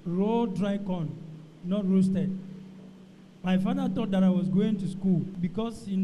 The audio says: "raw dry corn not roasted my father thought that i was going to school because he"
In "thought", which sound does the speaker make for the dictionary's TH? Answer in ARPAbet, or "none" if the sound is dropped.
T